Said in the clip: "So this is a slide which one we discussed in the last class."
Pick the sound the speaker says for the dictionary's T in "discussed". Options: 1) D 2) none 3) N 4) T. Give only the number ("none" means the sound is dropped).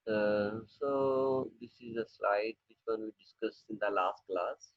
2